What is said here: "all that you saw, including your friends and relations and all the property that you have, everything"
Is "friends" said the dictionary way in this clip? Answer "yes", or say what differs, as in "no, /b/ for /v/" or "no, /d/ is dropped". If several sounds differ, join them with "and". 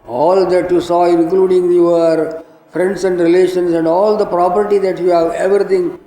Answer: no, /s/ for /z/